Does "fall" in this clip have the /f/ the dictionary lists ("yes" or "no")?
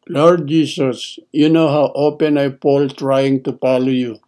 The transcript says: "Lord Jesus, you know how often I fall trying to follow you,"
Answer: no